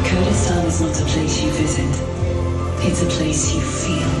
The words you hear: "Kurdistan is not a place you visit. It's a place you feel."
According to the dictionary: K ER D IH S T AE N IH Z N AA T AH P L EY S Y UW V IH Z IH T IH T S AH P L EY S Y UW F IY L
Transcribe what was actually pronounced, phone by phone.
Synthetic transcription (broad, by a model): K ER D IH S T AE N IH Z N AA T AH P L EY S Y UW V IH Z IH T IH T S AH P L EY S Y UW F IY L